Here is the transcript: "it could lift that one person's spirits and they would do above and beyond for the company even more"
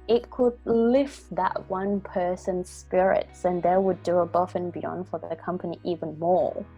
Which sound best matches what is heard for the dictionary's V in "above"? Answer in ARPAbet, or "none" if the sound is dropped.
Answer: F